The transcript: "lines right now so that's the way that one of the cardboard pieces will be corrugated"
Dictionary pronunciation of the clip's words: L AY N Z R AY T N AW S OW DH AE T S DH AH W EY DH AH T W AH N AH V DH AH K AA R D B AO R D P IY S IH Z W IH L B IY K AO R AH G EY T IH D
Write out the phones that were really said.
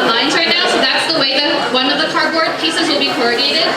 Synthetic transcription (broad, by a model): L AY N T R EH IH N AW S OW DH AE T S DH AH W EY DH AH T W AH N AH V DH AH K AA R D B AO R D P IY S IH Z W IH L B IY K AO R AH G EY T IH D